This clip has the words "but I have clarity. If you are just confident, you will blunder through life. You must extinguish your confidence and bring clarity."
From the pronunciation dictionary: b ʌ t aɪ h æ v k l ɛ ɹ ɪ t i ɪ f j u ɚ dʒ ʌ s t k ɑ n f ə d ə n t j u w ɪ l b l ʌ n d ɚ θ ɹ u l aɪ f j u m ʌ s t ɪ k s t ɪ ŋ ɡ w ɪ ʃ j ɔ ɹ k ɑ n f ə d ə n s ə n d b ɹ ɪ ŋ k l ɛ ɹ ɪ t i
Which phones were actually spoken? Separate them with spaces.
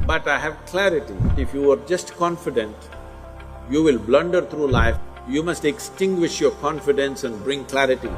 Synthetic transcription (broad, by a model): b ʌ t aɪ h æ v k l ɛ ɹ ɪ t i ɪ f j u ɚ dʒ ʌ s t k ɑ n f ə d ə n t j u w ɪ l b l ʌ n d ɚ t ɹ u l aɪ f j u m ʌ s t ɪ k s t ɪ ŋ ɡ w ɪ ʃ j ɔ ɹ k ɑ n f ə d ə n s ə n d b ɹ ɪ ŋ k l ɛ ɹ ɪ t i